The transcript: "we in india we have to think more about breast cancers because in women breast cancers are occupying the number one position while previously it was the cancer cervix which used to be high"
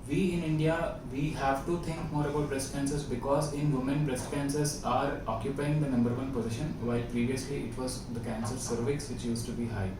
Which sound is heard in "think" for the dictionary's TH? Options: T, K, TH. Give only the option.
T